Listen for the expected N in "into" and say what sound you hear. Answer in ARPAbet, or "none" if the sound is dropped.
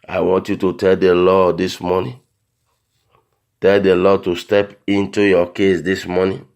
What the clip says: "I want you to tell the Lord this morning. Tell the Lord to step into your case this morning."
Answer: N